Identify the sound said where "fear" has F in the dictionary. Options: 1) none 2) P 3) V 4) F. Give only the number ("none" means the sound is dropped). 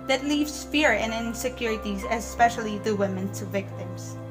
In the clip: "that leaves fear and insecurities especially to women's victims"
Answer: 4